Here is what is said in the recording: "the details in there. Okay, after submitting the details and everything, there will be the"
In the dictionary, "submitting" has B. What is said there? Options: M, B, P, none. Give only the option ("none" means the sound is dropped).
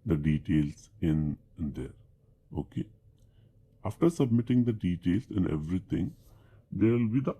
B